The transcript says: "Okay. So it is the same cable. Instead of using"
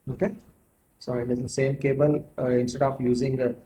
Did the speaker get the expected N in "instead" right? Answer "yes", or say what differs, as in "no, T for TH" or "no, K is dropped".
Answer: yes